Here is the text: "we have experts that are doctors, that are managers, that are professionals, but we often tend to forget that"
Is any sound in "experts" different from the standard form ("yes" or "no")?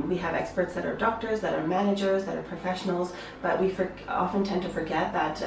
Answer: no